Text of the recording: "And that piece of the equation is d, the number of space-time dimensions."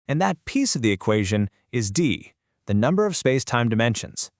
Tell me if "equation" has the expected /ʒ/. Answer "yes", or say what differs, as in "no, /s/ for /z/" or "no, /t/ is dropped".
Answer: yes